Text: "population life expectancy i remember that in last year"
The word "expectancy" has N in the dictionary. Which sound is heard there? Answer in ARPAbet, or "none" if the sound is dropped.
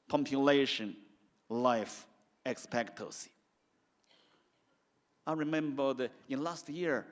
none